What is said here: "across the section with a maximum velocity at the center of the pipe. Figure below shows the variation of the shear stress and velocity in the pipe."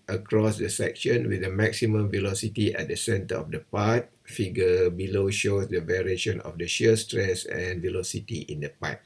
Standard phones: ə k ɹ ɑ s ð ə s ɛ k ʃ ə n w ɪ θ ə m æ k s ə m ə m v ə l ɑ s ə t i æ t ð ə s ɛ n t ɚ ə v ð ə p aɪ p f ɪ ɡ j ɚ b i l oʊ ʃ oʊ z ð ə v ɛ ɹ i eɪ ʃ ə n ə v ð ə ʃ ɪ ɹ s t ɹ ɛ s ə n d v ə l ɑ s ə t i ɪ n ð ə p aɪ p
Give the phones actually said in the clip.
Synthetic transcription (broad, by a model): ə k ɹ ɑ s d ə s ɛ k ʃ ə n w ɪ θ ə m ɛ k s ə m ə m v ə l ɑ s ə t i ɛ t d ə s ɛ n t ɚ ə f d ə p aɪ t f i ɡ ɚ b i l oʊ ʃ oʊ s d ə v ɛ ɹ i eɪ ʃ ə n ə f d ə ʃ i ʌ s t ɹ ɛ s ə n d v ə l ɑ s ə t i ɪ n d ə p aɪ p